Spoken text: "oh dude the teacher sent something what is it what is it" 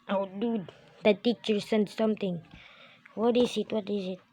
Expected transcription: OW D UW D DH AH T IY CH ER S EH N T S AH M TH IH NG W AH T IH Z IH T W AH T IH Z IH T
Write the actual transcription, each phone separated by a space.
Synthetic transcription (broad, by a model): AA D UW D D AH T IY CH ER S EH N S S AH M T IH NG W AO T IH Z IH T W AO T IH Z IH T